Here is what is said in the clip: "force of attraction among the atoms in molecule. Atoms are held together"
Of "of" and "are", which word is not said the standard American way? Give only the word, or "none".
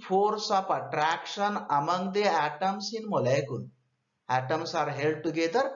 of